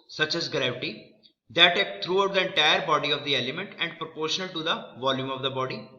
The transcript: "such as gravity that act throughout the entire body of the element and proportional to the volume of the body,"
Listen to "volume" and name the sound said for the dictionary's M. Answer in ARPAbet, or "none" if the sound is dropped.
M